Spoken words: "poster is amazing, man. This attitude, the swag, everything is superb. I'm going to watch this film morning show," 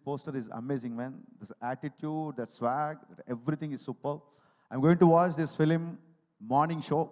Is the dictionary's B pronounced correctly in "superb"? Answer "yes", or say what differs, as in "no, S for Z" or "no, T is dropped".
no, B is dropped